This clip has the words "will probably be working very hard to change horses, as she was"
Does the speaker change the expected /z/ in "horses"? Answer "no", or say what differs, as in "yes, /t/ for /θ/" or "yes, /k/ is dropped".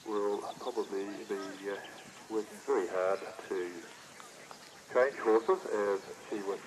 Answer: yes, /z/ is dropped